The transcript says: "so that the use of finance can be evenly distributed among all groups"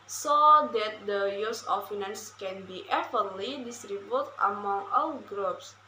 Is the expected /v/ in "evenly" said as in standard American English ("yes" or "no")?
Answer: no